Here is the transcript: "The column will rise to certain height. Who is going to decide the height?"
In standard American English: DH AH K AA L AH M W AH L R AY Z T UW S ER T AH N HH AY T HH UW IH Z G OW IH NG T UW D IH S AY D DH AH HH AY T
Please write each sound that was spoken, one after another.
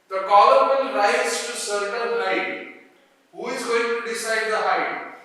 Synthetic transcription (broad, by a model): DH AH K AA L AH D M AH N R AY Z T UW S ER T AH L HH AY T HH UW IH Z G OW IH NG T UW D IH S AY D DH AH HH AY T